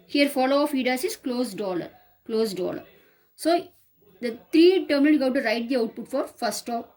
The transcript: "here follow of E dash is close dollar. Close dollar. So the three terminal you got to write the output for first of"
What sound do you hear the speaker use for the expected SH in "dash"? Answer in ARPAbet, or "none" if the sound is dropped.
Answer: S